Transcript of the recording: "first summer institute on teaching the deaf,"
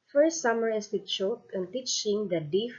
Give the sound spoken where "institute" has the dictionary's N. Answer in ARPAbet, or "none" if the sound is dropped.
none